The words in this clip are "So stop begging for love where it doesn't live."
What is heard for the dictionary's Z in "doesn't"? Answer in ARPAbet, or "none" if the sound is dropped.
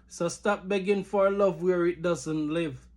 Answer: Z